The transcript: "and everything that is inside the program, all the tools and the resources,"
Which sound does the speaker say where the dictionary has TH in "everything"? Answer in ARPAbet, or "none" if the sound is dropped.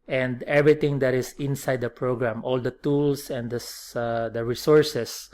T